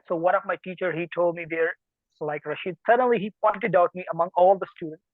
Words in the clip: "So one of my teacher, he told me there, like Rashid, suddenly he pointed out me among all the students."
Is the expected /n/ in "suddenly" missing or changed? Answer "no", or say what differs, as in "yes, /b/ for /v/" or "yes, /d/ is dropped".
no